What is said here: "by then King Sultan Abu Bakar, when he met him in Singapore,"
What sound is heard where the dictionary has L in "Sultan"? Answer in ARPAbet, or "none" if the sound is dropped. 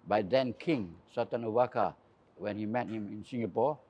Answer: none